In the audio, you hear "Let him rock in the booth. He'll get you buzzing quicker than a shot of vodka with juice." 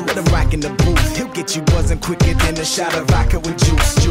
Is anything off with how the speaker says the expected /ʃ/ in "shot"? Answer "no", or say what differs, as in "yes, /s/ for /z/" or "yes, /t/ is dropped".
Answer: no